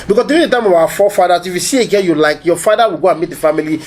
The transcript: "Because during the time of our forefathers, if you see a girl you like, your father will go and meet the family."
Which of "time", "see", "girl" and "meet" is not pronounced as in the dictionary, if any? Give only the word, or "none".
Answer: girl